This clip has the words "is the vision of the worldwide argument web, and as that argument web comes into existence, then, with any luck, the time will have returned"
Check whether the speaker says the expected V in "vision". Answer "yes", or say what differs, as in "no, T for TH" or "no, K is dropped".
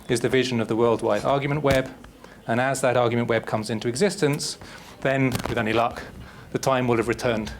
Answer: yes